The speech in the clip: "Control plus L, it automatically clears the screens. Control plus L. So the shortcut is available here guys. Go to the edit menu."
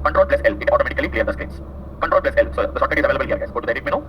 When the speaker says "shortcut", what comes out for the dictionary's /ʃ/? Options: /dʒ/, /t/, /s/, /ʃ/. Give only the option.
/s/